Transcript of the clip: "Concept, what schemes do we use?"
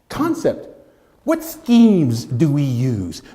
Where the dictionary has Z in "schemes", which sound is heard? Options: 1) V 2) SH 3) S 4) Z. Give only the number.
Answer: 4